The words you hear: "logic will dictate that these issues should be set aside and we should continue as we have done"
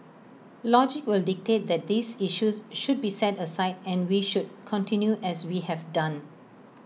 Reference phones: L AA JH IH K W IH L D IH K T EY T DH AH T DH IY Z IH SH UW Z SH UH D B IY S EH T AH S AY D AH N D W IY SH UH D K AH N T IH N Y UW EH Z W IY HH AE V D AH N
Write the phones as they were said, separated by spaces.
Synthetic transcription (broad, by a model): L AA JH IH K W IH L D IH K T EY T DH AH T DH IY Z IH SH UW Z SH UH D B IY S EH T AH S AY D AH N W IY SH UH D K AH N T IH N Y UW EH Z W IY HH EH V D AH N